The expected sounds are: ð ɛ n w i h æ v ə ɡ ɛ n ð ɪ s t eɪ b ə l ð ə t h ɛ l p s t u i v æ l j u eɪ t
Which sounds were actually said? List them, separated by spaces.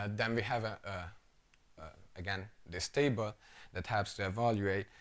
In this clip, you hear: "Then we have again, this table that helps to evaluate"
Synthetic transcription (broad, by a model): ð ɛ n w i h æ v ə ɡ ɛ n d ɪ s t eɪ b ə l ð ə t h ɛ p s t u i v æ l j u eɪ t